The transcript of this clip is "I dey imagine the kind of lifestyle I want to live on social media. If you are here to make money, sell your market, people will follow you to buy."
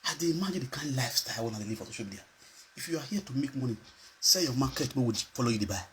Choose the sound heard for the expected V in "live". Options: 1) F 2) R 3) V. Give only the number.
1